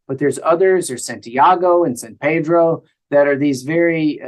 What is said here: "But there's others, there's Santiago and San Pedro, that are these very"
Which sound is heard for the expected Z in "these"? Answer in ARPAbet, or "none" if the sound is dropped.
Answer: Z